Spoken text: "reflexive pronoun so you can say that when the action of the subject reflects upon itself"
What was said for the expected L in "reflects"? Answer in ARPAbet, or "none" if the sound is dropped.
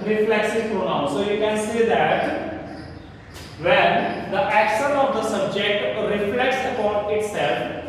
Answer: L